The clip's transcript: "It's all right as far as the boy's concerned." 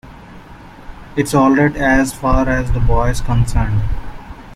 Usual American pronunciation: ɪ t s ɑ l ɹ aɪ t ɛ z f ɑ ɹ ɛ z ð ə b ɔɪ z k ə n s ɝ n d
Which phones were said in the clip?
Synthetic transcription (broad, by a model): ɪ t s ɑ l ɹ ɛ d ɛ z f ɑ ɹ ɛ z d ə b ɔɪ z k ə n s ɝ n d